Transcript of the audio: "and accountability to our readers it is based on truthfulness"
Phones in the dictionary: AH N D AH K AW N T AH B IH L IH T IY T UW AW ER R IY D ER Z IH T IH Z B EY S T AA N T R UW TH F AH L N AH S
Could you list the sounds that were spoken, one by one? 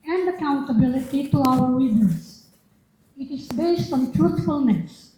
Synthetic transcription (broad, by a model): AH N D AH K AW N T AH B IH L IH T IY T UW AW ER W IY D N S IH T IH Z B EY S T AA N T R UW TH F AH L N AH S